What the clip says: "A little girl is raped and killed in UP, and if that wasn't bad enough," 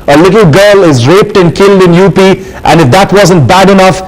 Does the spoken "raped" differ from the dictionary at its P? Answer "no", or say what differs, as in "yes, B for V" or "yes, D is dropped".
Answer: no